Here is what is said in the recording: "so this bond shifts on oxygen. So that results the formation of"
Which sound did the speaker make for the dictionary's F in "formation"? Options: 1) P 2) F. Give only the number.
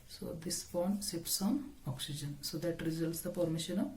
1